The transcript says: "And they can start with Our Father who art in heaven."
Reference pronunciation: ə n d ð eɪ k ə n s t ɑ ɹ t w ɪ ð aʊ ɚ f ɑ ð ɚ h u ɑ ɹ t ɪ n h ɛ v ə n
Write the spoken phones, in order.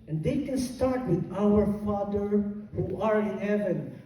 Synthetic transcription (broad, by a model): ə n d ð eɪ k ə n s t ɑ ɹ t w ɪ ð aʊ ɚ f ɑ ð ɚ h u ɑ ɹ ɪ n h ɛ v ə n